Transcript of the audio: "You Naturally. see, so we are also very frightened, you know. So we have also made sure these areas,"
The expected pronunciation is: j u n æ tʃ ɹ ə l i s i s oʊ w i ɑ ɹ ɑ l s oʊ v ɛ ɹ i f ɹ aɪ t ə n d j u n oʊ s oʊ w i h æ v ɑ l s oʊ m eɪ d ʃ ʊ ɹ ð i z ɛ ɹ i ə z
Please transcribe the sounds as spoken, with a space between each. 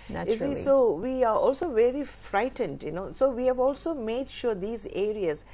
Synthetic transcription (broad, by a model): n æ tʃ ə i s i s oʊ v i ɑ ɹ ɑ l s oʊ v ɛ ɹ i f ɹ aɪ t ə n d j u n oʊ s oʊ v i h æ v ɑ l s oʊ m eɪ d ʃ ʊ ɹ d i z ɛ ɹ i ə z